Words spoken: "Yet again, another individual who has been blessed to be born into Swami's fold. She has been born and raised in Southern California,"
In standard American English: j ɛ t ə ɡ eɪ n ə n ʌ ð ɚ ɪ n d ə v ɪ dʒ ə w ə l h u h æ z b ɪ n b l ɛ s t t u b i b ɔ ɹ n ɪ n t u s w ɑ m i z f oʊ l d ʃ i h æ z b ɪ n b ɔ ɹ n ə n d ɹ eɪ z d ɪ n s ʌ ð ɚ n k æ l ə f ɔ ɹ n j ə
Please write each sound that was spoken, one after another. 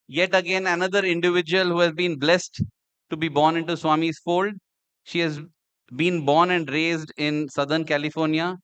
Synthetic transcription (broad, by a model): j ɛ t ə ɡ eɪ n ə n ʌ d ɚ ɪ n d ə v ɪ dʒ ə ə l h u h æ z b ɪ n b l ɛ s t t u b i b ɔ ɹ n ɪ n t u s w ɑ m i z f oʊ l d ʃ i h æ z b ɪ n b ɔ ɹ n ə n d ɹ eɪ z d ɪ n s ʌ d ɚ n k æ l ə f ɔ ɹ n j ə